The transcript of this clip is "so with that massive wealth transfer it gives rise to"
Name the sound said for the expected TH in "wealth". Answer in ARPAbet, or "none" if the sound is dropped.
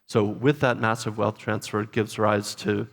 TH